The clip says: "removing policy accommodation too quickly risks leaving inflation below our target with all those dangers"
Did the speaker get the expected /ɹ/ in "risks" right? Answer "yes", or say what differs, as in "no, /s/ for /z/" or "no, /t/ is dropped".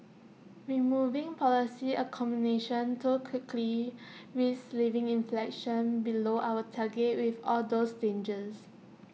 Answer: no, /w/ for /ɹ/